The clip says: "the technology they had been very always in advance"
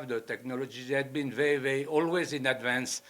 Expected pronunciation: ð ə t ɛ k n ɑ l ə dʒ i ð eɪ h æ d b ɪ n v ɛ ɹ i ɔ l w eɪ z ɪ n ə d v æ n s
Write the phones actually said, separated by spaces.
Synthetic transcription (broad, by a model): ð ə t ɛ k n ɑ l ə dʒ i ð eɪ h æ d b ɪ n v ɛ ɹ i ɔ l w eɪ z ɪ n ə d v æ n s